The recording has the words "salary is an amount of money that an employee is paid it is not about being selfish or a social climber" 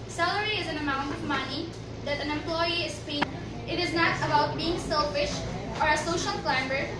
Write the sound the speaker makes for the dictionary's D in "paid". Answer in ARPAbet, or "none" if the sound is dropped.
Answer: none